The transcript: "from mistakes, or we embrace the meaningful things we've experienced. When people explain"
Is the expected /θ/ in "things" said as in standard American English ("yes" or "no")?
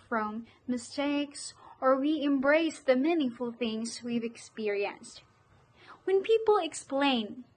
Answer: yes